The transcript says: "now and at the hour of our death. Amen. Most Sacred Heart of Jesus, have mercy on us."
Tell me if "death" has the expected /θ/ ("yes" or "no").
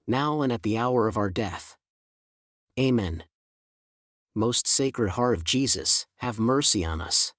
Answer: yes